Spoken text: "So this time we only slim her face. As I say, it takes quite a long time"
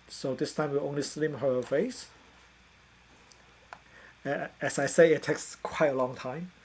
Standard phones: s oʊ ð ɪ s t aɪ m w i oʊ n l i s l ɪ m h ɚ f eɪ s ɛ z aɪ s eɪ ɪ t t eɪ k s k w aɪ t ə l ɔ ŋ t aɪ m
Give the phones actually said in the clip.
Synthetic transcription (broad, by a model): s oʊ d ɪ s t aɪ m w i oʊ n l i s l ɪ m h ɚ f eɪ s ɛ s aɪ s eɪ ɪ t t eɪ k s k w aɪ t ə l ɔ ŋ t aɪ m